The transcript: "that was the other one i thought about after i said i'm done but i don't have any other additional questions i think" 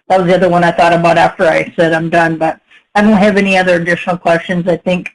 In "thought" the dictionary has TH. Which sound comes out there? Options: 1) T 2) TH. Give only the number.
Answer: 2